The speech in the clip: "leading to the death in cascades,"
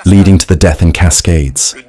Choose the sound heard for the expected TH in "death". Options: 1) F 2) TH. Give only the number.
2